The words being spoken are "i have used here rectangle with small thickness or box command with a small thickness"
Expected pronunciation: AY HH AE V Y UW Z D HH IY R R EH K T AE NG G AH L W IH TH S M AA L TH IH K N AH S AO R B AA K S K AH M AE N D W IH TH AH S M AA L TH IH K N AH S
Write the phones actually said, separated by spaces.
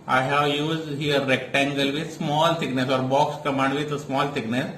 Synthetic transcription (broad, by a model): AY HH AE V Y UW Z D HH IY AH R EH K T AE NG G AH L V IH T S M AA L T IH K N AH S AO R B AA K S K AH M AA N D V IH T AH S M AA L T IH K N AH S